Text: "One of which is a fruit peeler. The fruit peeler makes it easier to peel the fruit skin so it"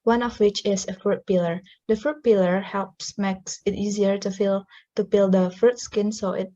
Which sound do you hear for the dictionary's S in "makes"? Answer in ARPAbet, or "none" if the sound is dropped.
S